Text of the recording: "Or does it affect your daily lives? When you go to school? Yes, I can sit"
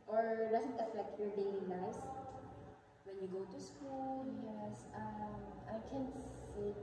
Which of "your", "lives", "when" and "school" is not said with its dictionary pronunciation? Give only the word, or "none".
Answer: lives